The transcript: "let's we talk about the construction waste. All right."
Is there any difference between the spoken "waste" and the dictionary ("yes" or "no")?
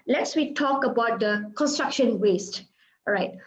no